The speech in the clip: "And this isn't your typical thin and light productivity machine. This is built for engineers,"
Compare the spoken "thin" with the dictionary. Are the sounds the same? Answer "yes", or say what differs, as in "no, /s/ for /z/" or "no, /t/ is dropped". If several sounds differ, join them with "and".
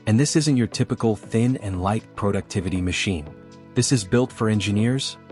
yes